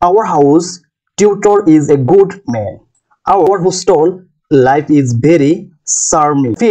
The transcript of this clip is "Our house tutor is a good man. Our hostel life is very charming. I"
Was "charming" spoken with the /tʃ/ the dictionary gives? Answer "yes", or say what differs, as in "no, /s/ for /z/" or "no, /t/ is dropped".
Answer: no, /s/ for /tʃ/